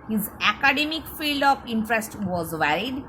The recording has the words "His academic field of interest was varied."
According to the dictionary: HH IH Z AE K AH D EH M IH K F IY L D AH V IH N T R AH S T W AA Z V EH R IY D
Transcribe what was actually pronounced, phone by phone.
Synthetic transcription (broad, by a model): HH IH Z AE K AH D EH M IH K F IY L D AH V IH N T R AH S T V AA Z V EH R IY D